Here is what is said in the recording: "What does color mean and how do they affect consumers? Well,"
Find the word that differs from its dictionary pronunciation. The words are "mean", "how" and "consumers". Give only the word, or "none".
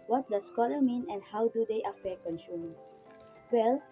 consumers